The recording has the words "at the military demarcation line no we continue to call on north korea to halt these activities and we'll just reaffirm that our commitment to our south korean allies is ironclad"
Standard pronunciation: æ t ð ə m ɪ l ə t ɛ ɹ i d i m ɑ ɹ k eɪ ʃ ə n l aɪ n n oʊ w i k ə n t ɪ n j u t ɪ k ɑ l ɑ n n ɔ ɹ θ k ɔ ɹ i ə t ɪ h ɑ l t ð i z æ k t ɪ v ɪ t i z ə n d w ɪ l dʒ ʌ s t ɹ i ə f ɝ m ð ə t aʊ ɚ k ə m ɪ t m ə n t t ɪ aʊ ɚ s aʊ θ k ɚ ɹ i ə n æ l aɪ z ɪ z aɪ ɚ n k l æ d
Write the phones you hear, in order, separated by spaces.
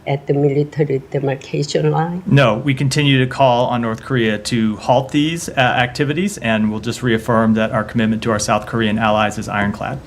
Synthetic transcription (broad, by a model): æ t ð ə m ɪ l ə t ɛ ɹ i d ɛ m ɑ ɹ k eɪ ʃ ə n l aɪ n n oʊ w i k ə n t ɪ n j u t ɪ k ɑ l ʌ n n ɔ ɹ θ k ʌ ɹ i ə t ɪ h ɑ l t ð i z æ k t ɪ v ɪ t i z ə n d w ɪ l dʒ ʌ s t ɹ i ə f ɝ m ð ə t aʊ ɚ k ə m ɪ t m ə n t t ɪ aʊ ɚ s aʊ θ k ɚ ɹ i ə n æ l aɪ z ɪ z aɪ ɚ n k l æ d